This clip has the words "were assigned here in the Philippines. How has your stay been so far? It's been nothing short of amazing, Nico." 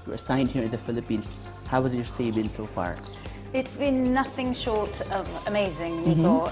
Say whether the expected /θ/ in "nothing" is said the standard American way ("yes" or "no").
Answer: yes